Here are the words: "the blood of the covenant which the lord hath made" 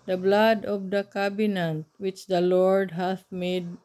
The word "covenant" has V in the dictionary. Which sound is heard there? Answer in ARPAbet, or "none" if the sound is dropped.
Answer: B